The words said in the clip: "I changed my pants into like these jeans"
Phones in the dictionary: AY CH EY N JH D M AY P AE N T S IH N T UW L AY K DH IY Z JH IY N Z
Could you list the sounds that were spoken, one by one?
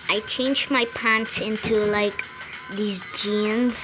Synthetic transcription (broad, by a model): AY CH EY N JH M AY P AE N T S IH N T UW L AY K DH IY Z JH IY N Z